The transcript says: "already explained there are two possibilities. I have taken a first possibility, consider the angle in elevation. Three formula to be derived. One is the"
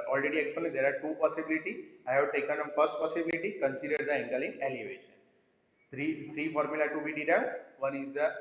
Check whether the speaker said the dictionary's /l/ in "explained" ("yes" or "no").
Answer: no